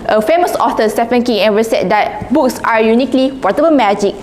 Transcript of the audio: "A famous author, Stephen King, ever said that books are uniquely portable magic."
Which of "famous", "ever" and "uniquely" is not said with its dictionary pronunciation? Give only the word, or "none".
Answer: ever